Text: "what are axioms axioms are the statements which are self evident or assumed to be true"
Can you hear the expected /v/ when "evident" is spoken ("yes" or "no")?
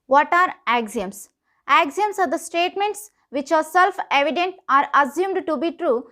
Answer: yes